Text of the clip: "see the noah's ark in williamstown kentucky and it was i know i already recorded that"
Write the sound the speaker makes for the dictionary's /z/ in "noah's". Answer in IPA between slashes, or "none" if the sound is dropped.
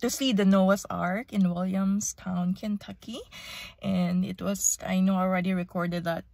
/s/